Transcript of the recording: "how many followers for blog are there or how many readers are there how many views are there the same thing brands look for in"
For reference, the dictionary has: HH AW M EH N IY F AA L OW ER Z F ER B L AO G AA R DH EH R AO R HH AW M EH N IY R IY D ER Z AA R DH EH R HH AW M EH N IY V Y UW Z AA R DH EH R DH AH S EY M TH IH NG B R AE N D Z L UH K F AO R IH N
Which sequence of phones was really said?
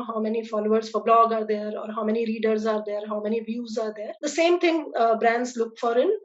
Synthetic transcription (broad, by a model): HH AW M EH N IY F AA L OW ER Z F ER B L AO G AA R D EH R AO R HH AW M EH N IY R IY D ER Z AA R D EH R HH AW M EH N IY V Y UW Z AA R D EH R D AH S EY M T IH NG B R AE N D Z L UH K F AO R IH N